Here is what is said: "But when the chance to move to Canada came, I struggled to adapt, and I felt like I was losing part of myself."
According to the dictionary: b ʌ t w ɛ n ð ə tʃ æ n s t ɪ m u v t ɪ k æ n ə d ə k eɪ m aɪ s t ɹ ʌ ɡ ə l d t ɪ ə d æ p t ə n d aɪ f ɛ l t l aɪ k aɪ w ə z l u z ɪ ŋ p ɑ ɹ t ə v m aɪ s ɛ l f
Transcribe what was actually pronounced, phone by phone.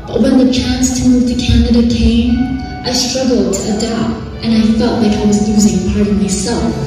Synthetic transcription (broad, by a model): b ʌ t w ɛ n ð ə tʃ æ n s t ɪ m u v t ɪ k æ n ə d ə k eɪ m aɪ s t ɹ ʌ ɡ l d t ɪ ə d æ p t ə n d aɪ f ɛ l t l aɪ k aɪ w ə z l u z ɪ ŋ p ɑ ɹ t ə v m aɪ s ɛ l f